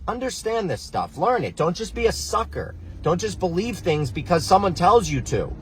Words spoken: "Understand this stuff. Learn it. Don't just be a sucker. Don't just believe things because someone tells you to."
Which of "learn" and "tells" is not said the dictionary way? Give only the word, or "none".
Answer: none